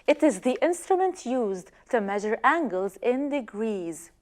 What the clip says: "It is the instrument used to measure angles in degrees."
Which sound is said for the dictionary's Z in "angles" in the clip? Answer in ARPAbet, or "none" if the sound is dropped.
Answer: Z